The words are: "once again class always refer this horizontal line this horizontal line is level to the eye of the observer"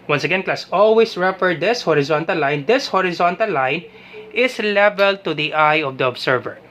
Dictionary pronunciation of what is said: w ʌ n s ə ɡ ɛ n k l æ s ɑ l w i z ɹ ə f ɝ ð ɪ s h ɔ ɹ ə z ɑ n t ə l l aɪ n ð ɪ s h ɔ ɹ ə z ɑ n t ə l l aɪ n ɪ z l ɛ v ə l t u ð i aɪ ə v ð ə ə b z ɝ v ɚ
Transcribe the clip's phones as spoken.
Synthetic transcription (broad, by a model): w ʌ n s ə ɡ ɛ n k l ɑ s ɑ l w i s ɹ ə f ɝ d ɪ s h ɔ ɹ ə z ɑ n t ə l l aɪ n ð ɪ s h ɔ ɹ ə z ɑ n t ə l l aɪ n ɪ s l ɛ v ə l t u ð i aɪ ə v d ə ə b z ɝ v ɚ